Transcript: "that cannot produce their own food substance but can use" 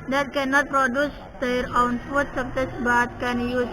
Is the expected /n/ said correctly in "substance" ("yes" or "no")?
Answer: no